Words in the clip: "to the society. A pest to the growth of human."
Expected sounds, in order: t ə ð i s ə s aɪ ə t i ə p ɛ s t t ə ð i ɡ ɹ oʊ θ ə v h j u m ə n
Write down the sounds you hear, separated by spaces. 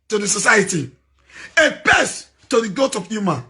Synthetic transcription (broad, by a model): t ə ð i s ə s aɪ ə t i ə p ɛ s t t ə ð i ɡ oʊ t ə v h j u m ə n